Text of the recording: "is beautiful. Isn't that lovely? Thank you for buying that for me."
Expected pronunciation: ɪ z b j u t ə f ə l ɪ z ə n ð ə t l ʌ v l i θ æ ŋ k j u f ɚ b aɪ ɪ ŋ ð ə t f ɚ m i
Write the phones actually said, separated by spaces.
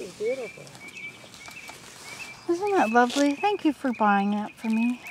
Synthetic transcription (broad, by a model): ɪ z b j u t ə f l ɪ z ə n ð ə t l ʌ v l i θ æ ŋ k j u f ɚ b aɪ ɪ ŋ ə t f ɚ m i